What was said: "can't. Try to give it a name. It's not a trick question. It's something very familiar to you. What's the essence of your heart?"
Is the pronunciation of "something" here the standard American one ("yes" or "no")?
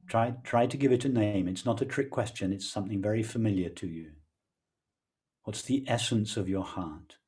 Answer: yes